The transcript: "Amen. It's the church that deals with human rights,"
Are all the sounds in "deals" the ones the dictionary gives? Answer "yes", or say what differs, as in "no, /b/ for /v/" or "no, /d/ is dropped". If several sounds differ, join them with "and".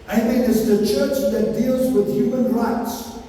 yes